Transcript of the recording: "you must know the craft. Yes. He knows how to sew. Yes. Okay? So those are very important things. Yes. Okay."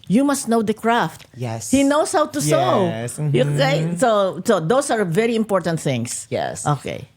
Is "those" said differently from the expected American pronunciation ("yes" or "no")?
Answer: yes